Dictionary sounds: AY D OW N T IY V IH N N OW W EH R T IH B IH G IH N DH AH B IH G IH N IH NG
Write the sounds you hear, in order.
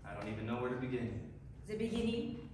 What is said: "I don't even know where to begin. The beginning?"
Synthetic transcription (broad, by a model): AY D OW N T IY V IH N N OW W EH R T IH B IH G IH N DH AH B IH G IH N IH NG